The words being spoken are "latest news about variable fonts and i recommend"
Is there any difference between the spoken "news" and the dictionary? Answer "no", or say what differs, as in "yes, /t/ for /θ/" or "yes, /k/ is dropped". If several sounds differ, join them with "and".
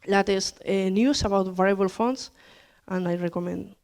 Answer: yes, /s/ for /z/